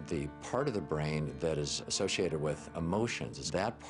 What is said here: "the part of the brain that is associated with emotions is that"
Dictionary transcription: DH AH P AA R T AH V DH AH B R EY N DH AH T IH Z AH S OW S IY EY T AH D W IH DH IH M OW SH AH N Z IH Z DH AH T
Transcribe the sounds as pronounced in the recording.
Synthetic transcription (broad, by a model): DH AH P AA R T AH V DH AH B R EY N DH AH T IH Z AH S OW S IY EY T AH D W IH DH IH M OW SH AH N Z IH Z DH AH T